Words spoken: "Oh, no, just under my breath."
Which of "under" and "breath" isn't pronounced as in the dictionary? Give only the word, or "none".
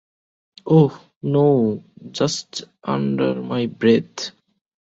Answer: breath